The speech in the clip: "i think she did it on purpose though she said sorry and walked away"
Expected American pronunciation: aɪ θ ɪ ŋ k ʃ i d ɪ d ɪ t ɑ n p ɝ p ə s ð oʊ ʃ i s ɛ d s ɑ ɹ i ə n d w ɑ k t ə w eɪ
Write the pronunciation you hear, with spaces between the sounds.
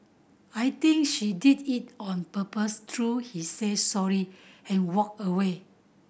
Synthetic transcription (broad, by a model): aɪ t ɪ ŋ k ʃ i d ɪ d ɪ t ɑ n p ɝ p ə s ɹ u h i s ɛ d s ɑ ɹ i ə n w ɑ k ə w eɪ